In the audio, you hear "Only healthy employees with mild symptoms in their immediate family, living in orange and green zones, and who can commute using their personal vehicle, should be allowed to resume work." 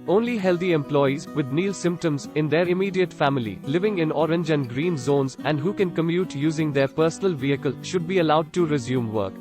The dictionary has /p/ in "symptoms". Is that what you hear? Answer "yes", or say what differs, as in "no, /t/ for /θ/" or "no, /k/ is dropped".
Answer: yes